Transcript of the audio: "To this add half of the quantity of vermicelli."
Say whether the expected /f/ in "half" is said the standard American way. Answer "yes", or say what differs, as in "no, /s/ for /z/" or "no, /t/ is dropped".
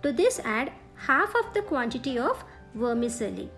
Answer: yes